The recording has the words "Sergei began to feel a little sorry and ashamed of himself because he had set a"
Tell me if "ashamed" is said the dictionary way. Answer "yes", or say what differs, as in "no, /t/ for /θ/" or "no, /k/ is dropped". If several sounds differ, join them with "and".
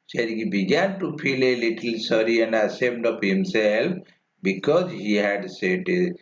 no, /s/ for /ʃ/